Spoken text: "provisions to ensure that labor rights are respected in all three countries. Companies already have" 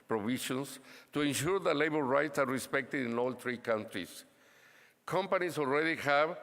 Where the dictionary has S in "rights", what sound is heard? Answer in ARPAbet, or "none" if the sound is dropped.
S